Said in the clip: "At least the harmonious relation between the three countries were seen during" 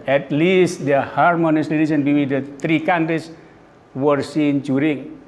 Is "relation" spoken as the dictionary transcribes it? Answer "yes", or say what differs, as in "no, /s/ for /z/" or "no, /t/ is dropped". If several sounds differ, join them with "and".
no, /l/ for /ɹ/ and /n/ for /l/